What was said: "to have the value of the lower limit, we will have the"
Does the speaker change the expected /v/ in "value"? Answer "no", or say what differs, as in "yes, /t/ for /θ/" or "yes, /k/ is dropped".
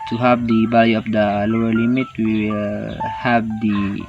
yes, /b/ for /v/